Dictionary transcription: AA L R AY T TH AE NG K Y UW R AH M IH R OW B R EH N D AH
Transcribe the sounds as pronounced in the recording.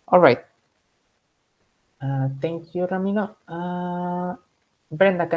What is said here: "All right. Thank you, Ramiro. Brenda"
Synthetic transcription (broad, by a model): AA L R AY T T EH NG K Y UW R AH M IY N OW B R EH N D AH